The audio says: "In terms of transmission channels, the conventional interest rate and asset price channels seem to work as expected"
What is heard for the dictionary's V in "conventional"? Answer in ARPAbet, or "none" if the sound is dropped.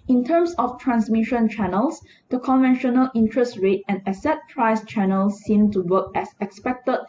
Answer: V